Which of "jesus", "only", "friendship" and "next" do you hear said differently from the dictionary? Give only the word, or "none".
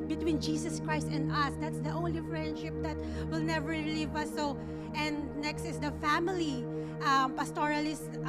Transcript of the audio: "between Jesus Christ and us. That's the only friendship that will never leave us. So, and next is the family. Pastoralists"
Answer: jesus